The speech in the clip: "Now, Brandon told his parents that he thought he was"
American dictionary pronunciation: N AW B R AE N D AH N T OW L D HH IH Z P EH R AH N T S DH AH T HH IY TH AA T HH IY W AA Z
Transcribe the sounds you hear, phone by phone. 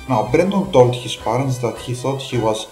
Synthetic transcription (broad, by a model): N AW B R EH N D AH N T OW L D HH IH S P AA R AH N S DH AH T HH IY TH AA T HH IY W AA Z